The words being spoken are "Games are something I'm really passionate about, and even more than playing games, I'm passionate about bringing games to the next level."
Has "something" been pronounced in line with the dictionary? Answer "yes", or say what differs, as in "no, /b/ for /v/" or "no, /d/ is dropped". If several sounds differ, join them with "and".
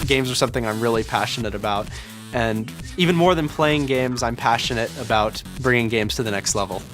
yes